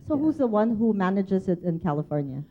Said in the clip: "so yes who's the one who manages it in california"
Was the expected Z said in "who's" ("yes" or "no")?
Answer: yes